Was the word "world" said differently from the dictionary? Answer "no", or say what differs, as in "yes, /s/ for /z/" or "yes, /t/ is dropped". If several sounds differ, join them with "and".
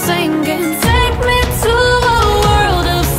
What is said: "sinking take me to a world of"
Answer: no